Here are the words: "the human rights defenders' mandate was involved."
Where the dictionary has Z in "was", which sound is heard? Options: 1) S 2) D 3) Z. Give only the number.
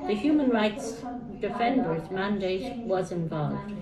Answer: 3